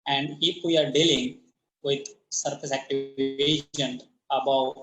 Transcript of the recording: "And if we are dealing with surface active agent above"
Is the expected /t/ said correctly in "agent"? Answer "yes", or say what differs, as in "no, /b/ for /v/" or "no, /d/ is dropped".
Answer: no, /t/ is dropped